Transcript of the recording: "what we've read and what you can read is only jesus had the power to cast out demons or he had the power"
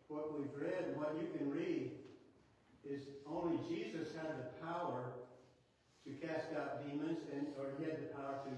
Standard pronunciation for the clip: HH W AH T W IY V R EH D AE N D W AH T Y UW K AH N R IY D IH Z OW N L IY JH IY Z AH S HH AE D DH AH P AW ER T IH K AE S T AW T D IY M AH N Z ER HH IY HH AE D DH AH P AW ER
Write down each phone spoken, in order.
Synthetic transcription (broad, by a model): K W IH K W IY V R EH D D W AH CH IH K AH N R IY D IH Z OW N L IY JH IY Z AH S HH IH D DH AH P AW ER T IH K AE S T AW T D IY M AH N Z ER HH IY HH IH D DH AH P AW ER